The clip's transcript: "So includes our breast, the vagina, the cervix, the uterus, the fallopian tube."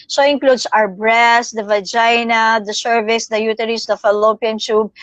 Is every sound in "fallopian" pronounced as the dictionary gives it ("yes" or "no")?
yes